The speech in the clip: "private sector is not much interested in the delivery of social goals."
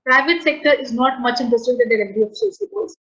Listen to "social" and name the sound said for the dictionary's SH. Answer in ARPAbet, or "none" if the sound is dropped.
S